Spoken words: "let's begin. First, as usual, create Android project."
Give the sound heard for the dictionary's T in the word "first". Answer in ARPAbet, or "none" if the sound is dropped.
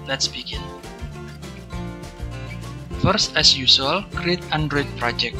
T